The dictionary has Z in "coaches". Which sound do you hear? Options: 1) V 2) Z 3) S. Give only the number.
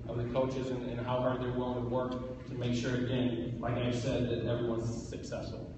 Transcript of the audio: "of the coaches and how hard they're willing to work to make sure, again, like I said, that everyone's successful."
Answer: 2